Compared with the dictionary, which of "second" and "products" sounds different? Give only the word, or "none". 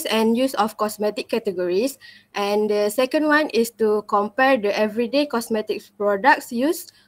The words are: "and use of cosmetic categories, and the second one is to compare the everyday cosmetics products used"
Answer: none